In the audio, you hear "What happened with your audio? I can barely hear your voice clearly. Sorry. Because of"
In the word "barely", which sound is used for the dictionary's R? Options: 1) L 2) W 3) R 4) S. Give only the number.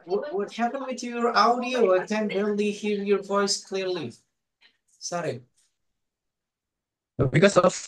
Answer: 1